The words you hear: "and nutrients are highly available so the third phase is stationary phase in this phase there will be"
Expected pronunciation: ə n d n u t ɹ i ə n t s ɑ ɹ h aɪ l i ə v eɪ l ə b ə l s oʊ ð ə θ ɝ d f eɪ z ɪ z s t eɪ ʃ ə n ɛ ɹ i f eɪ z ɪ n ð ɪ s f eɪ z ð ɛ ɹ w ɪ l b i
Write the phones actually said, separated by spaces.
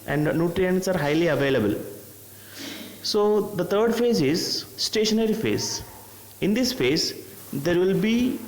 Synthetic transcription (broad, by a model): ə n d n u t ɹ i ə n t s ɑ ɹ h aɪ l i ə v eɪ l ə b ə l s oʊ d ə t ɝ d f eɪ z ɪ z s t eɪ ʃ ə n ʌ ɹ i f eɪ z ɪ n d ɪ s f eɪ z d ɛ ɹ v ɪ l b i